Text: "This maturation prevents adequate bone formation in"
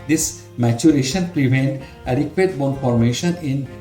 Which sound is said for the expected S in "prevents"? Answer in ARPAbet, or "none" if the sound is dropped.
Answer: none